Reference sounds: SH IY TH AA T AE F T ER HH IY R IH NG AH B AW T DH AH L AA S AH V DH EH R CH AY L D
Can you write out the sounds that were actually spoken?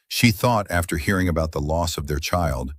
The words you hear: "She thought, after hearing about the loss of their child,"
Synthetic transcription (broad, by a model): SH IY TH AA T AE F T ER HH IY R IH NG AH B AW T DH AH L AA S AH V DH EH R CH AY L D